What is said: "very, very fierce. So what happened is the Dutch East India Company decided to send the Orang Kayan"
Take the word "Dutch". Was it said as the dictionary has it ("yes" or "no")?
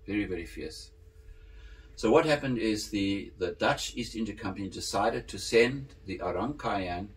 yes